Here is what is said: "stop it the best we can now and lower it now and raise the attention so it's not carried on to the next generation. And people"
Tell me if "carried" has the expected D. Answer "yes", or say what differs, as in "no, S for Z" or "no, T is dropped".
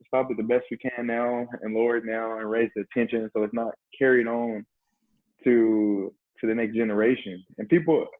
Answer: yes